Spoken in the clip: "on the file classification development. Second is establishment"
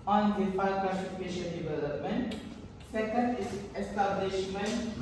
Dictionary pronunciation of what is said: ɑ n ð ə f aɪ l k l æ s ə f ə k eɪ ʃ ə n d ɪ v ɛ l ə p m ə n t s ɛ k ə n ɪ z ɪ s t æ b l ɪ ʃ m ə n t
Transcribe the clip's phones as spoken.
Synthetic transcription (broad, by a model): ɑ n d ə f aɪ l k ʌ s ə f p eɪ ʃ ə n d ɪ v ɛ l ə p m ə n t s ɛ k ə n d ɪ s t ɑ b l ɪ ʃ m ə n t